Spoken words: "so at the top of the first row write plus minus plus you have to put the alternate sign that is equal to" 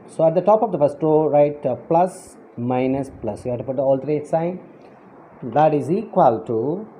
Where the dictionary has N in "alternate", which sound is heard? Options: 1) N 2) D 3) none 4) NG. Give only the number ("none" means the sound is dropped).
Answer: 3